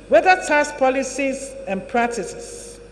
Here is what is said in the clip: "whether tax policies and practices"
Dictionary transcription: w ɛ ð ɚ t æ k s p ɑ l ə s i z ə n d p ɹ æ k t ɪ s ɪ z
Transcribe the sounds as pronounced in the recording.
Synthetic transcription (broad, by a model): w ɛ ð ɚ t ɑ s p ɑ l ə s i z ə n p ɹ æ k t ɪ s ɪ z